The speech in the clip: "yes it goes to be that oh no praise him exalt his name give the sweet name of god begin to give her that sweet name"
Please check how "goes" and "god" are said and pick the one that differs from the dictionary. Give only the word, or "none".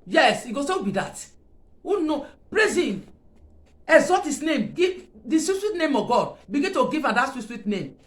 goes